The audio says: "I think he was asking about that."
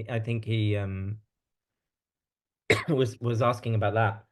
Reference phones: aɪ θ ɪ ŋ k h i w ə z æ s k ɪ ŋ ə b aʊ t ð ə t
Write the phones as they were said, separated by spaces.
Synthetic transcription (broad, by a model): aɪ θ ɪ ŋ k h i w ə z æ s k ɪ ŋ ə b aʊ t ð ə t